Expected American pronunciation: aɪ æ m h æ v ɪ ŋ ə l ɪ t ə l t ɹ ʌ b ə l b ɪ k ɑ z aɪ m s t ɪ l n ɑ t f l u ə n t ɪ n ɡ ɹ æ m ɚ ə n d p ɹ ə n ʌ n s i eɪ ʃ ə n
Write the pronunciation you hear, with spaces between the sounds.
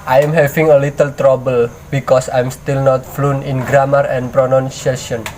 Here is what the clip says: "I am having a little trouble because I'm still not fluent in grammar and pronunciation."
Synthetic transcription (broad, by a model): aɪ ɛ m h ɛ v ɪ ŋ ə l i t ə l t ɹ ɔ b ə l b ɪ k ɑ s aɪ m s t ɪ l n ɑ t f l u n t ɪ n ɡ ɹ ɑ m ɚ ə n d p ɹ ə n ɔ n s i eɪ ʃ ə n